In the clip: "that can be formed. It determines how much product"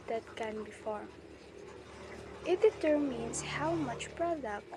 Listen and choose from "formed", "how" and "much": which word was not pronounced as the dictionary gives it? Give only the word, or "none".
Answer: formed